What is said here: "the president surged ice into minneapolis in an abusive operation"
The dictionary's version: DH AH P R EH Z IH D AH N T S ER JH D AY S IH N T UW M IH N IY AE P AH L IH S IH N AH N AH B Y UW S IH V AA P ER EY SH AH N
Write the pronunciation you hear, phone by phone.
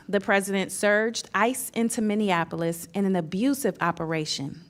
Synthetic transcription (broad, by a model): DH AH P R EH Z IH D AH N T S ER JH D AY S IH N T UW M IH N IY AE P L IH S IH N AH N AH B Y UW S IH V AA P ER EY SH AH N